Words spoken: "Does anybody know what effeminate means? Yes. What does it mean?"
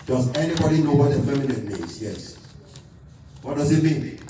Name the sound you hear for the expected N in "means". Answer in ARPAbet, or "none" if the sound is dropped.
none